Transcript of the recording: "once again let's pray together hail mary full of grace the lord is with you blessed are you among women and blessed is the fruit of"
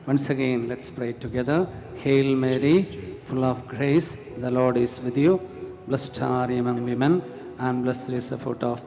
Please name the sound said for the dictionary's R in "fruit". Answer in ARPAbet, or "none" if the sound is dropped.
none